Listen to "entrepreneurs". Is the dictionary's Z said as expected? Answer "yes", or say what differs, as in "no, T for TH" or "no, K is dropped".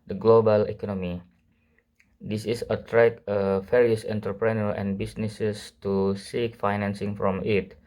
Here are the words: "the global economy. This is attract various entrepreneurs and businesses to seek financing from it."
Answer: no, Z is dropped